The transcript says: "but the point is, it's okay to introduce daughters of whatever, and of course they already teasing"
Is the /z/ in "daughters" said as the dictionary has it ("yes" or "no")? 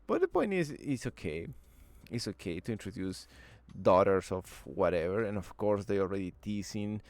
no